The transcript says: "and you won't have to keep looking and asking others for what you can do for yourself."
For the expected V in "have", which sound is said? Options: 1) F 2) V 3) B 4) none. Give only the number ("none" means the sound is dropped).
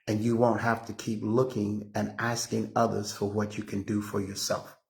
1